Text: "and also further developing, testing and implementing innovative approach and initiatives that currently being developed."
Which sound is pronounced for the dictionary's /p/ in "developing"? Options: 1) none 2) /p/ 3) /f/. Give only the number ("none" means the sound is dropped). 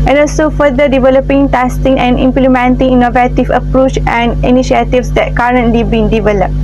2